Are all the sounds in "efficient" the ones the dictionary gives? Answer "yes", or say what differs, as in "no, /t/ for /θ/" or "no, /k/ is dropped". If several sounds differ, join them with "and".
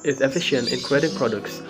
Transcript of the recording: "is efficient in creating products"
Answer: yes